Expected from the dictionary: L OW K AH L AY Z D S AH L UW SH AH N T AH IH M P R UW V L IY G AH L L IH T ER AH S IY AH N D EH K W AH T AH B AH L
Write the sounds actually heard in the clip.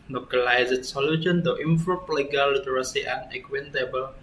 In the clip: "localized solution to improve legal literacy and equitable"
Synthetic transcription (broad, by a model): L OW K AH L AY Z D S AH L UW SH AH N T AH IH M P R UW P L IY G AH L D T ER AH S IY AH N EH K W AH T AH B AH L